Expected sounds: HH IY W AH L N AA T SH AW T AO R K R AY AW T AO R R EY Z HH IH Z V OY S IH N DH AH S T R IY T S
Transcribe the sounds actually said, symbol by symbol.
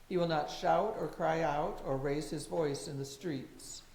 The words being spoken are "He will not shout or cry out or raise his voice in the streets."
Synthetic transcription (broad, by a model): HH IY W AH L N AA T SH AW T AO R K R AY AW T AO R R EY Z HH IH Z V OY S IH N DH AH S T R IY T S